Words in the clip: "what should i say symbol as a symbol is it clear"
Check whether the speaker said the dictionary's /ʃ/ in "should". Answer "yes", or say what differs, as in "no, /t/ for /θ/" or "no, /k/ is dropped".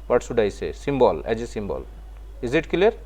no, /s/ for /ʃ/